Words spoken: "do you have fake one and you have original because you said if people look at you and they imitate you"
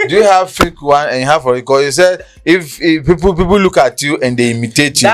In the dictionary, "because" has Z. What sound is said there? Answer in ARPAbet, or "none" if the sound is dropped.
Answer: none